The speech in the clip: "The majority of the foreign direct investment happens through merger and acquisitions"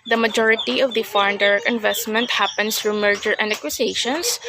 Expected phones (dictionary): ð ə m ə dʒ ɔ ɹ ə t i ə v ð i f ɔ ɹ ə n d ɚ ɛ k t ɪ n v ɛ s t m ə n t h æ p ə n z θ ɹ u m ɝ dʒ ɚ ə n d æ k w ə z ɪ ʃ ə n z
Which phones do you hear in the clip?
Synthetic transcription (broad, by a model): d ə m ə dʒ ɔ ɹ ə t i ə v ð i f ɔ ɹ ə n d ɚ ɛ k ɪ n v ɛ s t m ə n t h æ p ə n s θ ɹ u m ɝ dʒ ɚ ə n d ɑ k w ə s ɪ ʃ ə n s